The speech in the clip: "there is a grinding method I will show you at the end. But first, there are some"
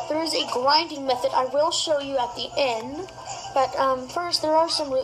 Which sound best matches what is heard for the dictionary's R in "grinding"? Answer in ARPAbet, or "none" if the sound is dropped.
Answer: L